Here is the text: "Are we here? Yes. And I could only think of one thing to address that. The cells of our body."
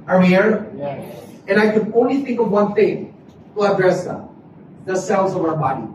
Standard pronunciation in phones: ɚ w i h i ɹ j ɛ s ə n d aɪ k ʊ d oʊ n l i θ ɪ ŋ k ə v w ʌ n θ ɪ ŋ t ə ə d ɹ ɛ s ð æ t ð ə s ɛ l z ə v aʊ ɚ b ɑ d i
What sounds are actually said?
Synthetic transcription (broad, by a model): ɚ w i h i ɹ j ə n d aɪ k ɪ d oʊ n l i θ ɪ ŋ k ə v w ʌ n θ ɪ ŋ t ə ə d ɹ ɛ s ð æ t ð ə s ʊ n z ə v aʊ ɚ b ɑ d i